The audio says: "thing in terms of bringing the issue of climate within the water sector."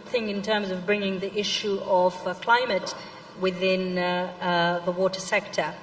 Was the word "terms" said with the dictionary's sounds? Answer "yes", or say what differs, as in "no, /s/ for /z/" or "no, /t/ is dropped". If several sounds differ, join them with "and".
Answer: yes